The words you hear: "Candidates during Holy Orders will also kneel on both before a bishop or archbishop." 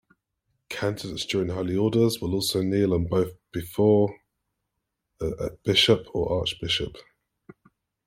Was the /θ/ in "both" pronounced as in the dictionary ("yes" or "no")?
yes